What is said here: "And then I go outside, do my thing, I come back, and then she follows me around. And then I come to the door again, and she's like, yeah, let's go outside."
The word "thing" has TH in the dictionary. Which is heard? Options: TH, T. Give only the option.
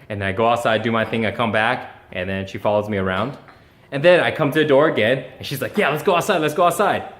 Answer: TH